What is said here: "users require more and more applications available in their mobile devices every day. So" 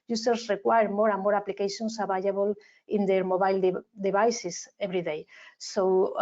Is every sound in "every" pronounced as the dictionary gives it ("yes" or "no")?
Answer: no